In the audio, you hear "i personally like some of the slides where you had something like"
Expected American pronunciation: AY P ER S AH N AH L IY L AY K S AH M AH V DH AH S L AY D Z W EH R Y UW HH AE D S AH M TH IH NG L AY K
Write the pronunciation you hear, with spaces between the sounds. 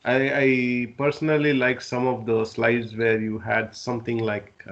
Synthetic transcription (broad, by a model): AY P ER S AH N AH L IY L AY K S AH M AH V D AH S L AY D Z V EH R Y UW HH AE D S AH M T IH NG L AY K